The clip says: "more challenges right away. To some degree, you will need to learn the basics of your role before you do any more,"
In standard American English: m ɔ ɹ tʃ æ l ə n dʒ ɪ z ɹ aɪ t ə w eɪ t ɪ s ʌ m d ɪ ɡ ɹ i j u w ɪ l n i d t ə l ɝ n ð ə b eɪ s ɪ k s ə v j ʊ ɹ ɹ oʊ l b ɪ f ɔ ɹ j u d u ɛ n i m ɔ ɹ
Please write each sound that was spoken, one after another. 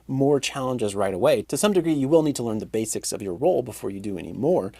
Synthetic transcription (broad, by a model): m ɔ ɹ tʃ æ l ə n dʒ ɪ z ɹ aɪ t ə w eɪ t ɪ s ʌ m d ɪ ɡ ɹ i j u w ɪ l n i d t ə l ɝ n ð ə b eɪ s ɪ k s ə v j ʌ ɹ ɹ oʊ l b ɪ f ɔ ɹ j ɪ d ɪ ɛ n i m ɔ ɹ